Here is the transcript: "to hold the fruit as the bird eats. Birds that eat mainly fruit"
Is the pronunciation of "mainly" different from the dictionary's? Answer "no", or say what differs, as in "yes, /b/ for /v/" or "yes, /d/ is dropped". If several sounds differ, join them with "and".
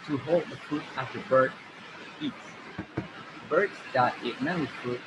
yes, /l/ is dropped